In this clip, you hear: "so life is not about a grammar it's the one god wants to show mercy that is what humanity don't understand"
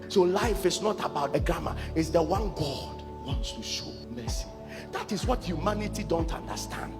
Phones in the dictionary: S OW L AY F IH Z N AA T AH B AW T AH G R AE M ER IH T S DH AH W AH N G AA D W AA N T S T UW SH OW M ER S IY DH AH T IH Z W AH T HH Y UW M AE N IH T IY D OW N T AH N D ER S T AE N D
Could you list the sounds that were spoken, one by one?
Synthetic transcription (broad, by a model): S OW L AY F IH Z N AA T AH B AW T AH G R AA M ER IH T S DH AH W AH N G AA D W AA N T S T UW SH OW M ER S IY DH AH T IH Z W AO T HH Y UW M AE N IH T IY D OW N T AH N D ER S T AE N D